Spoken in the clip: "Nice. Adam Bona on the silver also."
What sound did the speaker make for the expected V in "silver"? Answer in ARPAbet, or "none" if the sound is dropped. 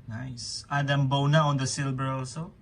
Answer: B